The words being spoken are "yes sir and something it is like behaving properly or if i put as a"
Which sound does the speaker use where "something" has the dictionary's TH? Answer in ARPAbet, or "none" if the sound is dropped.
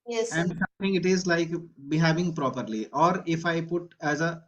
T